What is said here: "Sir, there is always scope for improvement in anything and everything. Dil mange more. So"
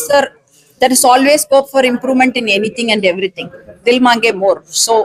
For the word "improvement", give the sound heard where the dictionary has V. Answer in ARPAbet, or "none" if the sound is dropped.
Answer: V